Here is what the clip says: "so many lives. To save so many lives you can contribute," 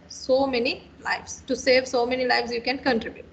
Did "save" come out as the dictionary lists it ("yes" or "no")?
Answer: yes